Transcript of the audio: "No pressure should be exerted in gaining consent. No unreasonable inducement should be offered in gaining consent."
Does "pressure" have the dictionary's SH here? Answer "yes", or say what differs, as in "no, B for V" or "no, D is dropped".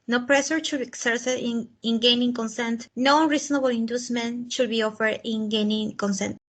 no, S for SH